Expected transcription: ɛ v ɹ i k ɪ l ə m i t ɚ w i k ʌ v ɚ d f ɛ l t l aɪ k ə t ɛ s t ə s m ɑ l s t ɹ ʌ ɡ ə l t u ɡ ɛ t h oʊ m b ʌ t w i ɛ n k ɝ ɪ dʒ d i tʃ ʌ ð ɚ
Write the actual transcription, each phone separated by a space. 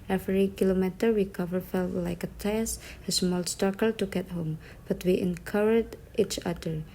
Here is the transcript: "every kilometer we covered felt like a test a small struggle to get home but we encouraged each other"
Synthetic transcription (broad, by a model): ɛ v ɹ i k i l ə m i t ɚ w i k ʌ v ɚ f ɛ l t l aɪ k ə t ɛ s ə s m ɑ l s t ɑ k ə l t u ɡ ɛ t h oʊ m b ʌ t w i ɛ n k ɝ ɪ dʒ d i tʃ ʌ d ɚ